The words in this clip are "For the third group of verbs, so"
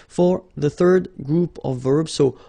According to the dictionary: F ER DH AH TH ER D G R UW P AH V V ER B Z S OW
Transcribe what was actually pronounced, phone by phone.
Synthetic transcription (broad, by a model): F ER DH AH TH ER D G R UW P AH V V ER B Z S OW